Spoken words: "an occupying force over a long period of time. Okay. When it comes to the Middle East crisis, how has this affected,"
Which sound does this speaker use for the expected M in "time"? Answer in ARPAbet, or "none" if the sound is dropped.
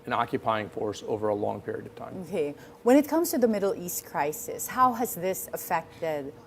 none